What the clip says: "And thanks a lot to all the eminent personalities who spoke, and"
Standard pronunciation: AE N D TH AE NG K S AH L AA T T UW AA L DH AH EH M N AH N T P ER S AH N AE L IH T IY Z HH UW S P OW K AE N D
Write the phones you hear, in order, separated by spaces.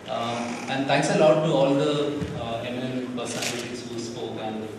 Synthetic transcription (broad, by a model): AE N D T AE NG K S AH L AA T T UW AA L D AH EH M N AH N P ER S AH IH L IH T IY S HH UW S P OW K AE N D